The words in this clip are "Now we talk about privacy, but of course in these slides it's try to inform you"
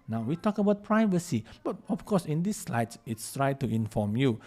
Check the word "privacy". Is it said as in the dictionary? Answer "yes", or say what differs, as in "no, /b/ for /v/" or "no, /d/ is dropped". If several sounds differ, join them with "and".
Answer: yes